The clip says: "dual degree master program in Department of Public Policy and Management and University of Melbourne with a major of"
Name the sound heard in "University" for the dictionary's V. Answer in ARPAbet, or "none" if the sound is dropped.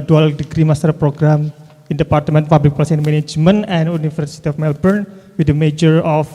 F